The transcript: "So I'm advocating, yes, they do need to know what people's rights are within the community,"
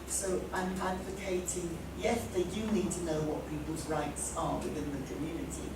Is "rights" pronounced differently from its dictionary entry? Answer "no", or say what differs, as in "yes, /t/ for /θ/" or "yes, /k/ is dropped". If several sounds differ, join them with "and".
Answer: no